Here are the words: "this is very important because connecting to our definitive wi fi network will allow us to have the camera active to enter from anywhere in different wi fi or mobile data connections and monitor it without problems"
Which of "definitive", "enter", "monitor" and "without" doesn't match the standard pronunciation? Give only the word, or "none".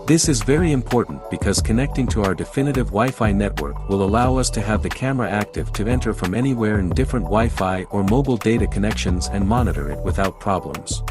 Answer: none